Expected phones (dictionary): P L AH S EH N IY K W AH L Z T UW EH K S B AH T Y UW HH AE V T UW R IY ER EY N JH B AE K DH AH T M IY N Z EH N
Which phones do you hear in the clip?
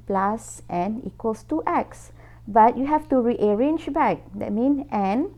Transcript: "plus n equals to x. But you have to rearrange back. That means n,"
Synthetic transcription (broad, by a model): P L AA S EH N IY K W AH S T UW EH K S B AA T Y UW HH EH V T UW R IY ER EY N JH B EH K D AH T M IY N EH N